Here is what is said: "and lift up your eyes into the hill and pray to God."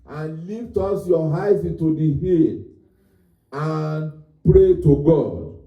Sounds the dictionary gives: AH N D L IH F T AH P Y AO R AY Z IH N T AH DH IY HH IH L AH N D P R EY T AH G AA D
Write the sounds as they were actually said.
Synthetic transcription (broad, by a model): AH N L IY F T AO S Y AO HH AY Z IH N T AH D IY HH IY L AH N P R EY T AH G AA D